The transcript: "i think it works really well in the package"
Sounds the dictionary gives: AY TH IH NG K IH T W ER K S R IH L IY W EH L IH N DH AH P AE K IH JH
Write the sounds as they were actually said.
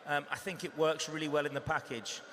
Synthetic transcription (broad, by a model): AY TH IH NG K IH T W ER K S R IH L IY W EH L IH N DH AH P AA K IH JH